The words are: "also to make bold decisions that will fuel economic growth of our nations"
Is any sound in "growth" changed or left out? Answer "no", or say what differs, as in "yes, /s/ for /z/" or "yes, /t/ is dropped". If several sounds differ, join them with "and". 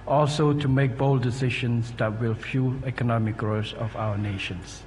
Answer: yes, /s/ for /θ/